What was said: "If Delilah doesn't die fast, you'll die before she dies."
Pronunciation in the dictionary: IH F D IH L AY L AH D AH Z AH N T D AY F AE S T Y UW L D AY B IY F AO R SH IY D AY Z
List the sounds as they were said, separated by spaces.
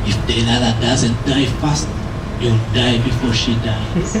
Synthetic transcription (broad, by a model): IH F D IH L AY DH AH D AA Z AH N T D AY F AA S T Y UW W D AY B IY F AO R SH IY D AY